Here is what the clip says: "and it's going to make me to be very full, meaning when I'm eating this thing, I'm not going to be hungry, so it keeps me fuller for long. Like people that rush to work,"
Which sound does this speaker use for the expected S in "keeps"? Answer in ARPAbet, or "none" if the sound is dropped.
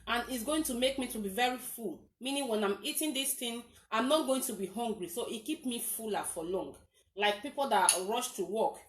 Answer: none